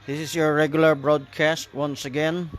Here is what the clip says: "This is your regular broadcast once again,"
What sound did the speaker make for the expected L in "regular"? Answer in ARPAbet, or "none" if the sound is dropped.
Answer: L